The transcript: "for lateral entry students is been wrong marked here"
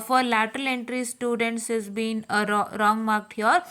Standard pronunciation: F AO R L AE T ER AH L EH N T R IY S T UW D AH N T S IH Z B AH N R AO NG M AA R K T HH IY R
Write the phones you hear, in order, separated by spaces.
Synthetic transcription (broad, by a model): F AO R L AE T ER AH L EH N T R IY S T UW D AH N T S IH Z B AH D R AO NG M AA R K T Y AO R